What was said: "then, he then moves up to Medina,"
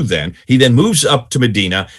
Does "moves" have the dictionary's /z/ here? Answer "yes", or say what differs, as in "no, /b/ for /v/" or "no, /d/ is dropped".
yes